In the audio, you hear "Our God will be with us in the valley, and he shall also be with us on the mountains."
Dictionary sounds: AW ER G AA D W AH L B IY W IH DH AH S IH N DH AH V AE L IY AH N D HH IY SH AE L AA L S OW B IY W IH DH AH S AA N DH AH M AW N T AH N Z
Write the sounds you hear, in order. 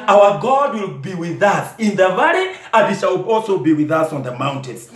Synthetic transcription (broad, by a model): AW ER G AA D W AH L B IY W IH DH AH S IH N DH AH V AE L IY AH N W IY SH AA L AA L S OW B IY W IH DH AH S AA N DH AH M AW N T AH N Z